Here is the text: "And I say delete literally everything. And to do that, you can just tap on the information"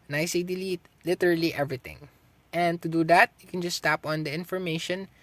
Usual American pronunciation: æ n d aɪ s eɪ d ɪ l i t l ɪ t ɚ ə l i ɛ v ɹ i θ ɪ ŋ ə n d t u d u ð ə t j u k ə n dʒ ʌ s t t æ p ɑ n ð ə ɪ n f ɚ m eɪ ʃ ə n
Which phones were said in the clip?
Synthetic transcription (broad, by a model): n aɪ s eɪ d ɪ l i t l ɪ t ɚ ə l i ɛ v ɹ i t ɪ ŋ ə n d t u d u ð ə t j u k ə n dʒ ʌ s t t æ p ɑ n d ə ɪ n f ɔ m eɪ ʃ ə n